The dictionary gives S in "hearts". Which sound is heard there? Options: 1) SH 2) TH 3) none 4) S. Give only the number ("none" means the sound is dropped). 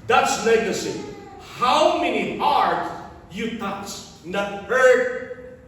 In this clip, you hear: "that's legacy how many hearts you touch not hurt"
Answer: 3